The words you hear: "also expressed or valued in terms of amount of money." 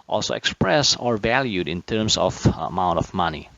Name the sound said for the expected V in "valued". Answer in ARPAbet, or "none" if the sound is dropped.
V